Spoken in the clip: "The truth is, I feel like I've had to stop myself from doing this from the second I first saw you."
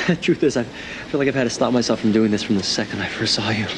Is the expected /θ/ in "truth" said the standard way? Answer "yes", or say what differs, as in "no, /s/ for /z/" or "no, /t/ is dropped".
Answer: yes